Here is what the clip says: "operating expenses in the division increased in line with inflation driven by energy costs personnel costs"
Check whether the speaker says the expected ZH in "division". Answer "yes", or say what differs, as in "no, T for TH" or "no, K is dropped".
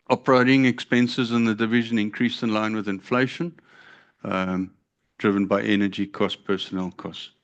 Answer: yes